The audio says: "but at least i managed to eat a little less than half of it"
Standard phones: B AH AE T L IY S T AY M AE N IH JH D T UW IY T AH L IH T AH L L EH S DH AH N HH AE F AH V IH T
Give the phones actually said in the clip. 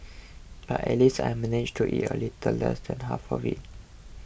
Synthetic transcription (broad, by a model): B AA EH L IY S AY M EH N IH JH T UW IY T AH L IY T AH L L EH S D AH N HH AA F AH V IH T